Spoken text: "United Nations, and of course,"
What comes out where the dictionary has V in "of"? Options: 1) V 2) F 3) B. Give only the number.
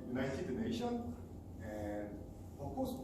2